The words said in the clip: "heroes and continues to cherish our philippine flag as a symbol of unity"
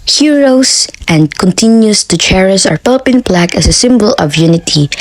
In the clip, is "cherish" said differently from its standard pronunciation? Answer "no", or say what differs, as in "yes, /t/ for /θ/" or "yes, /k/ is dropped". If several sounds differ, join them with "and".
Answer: yes, /s/ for /ʃ/